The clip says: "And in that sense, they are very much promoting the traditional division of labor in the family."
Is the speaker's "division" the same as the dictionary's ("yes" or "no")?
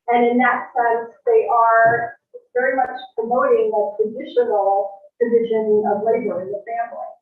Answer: yes